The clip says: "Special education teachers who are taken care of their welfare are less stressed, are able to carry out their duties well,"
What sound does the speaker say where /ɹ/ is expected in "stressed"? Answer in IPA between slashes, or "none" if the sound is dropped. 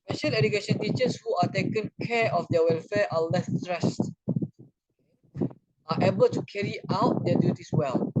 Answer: /ɹ/